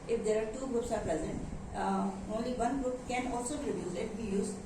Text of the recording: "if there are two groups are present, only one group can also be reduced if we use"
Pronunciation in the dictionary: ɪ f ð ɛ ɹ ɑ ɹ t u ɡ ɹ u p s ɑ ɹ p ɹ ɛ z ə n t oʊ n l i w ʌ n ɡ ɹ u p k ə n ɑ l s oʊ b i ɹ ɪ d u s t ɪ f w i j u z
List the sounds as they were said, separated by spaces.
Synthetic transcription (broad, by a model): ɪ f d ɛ ɹ ɑ ɹ t u ɡ ɹ u p s ɑ ɹ p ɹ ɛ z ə n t oʊ n l i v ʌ n ɡ ɹ u p k ə n ɑ l s oʊ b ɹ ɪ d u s ɪ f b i j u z